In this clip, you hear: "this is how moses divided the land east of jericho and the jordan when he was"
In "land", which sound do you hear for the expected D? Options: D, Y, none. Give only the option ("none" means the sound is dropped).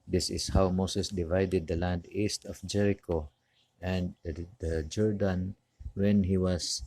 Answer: D